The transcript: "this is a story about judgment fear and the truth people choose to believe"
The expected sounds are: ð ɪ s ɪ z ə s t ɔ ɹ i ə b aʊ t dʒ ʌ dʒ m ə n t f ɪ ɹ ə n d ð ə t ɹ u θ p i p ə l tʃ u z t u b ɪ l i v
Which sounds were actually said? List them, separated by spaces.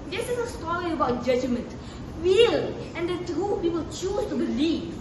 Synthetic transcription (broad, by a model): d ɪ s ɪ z ə s t ɔ ɹ i ə b aʊ t dʒ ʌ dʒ m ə n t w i l ə n d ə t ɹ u p i p ə l tʃ u s t u b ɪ l i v